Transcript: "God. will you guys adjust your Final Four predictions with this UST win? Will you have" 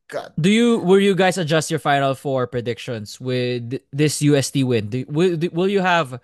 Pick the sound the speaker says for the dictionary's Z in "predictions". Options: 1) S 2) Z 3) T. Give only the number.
1